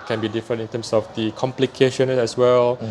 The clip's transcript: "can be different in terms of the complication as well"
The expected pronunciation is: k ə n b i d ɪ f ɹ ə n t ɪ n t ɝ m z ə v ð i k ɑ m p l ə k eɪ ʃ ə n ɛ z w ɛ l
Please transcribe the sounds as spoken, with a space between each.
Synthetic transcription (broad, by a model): k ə n b i d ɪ f ɹ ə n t ɪ n t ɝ m s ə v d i k ɑ m p l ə k eɪ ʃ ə n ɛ s w ɛ l